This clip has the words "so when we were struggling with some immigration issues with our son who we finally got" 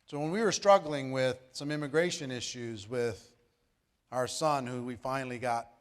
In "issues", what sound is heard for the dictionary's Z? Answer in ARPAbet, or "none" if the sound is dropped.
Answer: Z